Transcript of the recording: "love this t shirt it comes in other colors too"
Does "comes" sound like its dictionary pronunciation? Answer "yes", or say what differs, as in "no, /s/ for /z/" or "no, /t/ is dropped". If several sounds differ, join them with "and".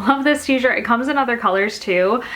yes